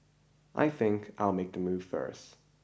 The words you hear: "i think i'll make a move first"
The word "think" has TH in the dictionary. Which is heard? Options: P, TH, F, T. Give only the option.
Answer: TH